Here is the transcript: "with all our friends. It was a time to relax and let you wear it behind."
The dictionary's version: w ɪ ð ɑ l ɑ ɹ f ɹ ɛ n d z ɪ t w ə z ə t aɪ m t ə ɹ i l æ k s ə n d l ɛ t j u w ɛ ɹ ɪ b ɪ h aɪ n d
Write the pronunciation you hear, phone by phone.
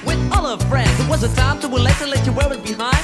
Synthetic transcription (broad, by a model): w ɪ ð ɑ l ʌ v f ɹ ɛ n d z ɪ t w ə z ə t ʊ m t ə w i l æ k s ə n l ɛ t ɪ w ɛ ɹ ɪ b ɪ h aɪ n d